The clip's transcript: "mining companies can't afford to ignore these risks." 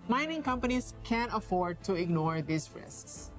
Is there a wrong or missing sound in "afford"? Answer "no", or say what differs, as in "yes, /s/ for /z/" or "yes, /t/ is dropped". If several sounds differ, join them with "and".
no